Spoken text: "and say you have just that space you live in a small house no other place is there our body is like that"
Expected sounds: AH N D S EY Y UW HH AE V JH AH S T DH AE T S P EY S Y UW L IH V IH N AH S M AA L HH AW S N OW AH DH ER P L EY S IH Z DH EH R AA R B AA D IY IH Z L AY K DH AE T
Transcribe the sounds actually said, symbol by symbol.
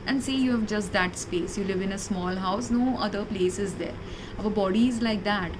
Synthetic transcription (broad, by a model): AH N D S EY Y UW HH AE V JH AH S T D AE T S P EY S Y UW L IH V IH N AH S M AA L HH AW S N OW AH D ER P L EY S IH Z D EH R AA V B AA D IY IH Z L AY K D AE T